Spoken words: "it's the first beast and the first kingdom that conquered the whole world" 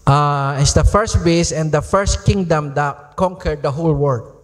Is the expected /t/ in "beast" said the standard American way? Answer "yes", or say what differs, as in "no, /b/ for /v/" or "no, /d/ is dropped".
no, /t/ is dropped